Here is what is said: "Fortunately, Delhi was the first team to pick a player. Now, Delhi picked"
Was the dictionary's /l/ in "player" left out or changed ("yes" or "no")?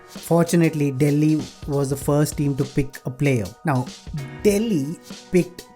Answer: no